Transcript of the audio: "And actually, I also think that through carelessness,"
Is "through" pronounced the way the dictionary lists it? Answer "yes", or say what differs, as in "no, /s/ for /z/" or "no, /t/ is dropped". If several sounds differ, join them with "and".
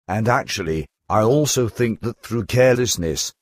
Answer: yes